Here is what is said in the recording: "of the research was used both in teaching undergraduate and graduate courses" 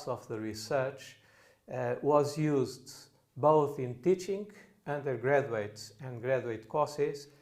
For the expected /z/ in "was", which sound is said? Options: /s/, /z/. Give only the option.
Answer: /z/